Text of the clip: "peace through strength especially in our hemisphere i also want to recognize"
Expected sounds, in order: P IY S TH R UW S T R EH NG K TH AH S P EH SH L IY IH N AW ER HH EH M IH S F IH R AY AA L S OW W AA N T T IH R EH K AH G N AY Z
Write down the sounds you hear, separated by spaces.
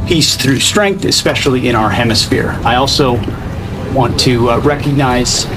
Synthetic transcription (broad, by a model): P IY S TH R UW S T R EH NG K TH AH S P EH SH L IY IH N AW ER HH EH M IH S F IH R AY AA L S OW W AA N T T IH R EH K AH G N AY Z